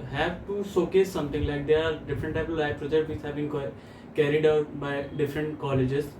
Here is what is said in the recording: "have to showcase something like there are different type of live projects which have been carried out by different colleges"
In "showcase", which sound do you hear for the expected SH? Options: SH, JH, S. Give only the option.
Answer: S